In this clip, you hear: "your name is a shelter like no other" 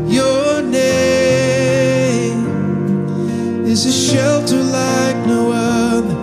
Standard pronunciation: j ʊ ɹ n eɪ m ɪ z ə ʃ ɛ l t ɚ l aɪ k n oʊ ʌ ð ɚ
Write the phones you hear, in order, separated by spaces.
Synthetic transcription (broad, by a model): j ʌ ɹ n eɪ m ɪ z ə ʃ ɛ l t ɚ l aɪ k n oʊ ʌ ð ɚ